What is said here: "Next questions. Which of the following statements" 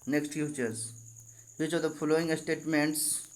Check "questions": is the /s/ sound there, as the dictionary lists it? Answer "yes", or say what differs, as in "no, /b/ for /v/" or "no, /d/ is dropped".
no, /s/ is dropped